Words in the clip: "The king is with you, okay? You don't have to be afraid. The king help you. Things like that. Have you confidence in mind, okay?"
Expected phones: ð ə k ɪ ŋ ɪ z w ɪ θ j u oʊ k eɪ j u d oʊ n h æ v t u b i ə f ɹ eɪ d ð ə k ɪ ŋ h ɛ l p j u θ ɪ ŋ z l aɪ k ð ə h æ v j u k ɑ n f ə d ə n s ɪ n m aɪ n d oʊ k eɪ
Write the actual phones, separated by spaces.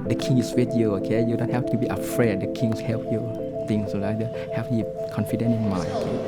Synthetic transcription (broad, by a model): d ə k ɪ ŋ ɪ s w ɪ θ j u oʊ k eɪ j u d oʊ n h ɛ f t u b i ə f ɹ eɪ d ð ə k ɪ ŋ h ɛ l p j u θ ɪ ŋ s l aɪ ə h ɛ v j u k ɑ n f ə d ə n ɪ n m aɪ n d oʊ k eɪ